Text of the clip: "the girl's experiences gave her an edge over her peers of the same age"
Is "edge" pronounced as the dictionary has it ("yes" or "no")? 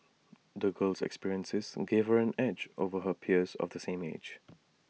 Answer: yes